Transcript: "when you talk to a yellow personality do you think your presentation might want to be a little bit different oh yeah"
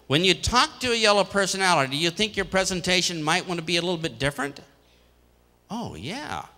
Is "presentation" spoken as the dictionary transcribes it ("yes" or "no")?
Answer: yes